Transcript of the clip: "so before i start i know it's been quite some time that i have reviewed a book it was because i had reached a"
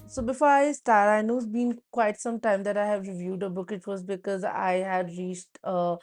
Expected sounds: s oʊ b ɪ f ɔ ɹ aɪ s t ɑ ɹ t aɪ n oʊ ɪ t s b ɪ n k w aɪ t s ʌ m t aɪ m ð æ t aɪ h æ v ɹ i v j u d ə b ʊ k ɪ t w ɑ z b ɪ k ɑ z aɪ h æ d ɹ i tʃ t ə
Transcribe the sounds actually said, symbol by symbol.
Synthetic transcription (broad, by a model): s oʊ b ɪ f ɔ ɹ aɪ s t ɑ ɹ t aɪ n oʊ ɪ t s b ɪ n k w aɪ t s ʌ m t aɪ m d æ t aɪ h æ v ɹ i v j u d ə b ʊ k ɪ t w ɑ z b ɪ k ɑ z aɪ h æ d ɹ i tʃ t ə